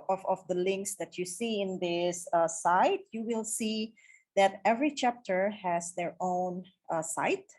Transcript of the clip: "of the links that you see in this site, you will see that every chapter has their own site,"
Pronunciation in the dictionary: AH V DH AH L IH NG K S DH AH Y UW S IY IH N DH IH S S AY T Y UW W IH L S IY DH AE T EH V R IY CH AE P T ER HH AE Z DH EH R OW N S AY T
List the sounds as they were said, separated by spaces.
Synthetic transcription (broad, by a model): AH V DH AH L IH NG K S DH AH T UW S IY IH N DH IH S S AY T Y UW W IH L S IY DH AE T EH V R IY CH AE P T ER HH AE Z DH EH R OW N S AY T